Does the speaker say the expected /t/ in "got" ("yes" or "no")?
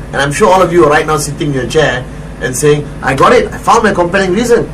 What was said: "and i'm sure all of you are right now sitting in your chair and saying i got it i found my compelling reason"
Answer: yes